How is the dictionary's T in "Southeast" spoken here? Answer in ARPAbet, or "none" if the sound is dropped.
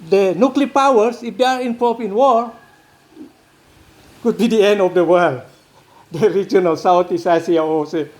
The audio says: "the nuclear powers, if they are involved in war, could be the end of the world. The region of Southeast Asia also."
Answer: none